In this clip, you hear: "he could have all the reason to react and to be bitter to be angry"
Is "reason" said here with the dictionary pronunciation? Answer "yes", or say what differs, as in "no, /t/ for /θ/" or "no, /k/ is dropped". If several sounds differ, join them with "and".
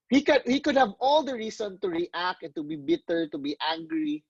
no, /s/ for /z/